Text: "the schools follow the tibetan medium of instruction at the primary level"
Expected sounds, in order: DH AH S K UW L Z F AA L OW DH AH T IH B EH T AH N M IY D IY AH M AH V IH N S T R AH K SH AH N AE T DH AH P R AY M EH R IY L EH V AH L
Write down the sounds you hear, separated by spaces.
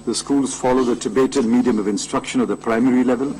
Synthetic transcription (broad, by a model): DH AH S K UW L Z F AA L OW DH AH T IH B EH T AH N M IY D IY AH M AH V IH N S T R AH K SH AH N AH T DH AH P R AY M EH R IY L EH V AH L